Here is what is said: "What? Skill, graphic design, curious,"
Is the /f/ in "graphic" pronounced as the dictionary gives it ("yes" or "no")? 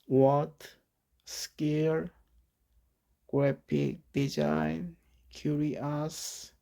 no